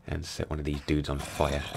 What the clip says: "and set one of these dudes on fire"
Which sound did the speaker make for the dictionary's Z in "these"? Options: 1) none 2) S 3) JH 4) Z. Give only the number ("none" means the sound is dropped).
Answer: 4